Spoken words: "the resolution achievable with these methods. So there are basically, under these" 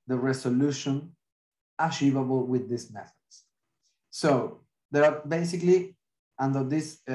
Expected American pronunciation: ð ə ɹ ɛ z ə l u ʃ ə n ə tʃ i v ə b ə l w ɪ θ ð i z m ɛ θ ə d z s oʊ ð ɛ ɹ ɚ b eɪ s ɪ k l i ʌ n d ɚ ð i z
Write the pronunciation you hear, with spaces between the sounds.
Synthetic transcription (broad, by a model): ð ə ɹ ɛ s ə l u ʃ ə n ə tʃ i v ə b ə l w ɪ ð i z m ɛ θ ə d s s oʊ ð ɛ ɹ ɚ b eɪ s ɪ k l i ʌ n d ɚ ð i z